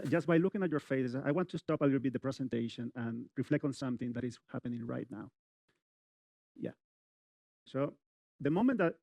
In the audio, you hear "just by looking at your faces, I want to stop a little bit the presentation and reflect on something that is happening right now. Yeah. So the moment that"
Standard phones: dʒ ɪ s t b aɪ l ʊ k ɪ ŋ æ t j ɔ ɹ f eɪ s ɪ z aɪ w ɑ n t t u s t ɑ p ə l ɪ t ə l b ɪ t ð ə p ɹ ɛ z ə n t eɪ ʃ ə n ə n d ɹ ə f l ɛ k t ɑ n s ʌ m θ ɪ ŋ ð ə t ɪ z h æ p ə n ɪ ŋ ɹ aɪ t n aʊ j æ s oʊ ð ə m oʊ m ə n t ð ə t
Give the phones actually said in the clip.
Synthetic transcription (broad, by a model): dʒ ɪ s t b aɪ l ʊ k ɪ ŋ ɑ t j ɔ ɹ f eɪ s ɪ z aɪ w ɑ n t t u s t ɑ p ə l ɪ t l b ɪ t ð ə p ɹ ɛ s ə n t eɪ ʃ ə n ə n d ɹ ə f l ɛ k t ɑ n s ʌ m θ ɪ ŋ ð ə t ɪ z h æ p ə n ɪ ŋ ɹ aɪ t n aʊ j æ s oʊ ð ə m oʊ m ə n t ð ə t